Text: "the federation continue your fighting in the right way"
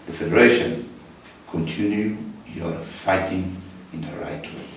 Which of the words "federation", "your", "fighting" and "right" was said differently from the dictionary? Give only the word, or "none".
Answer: none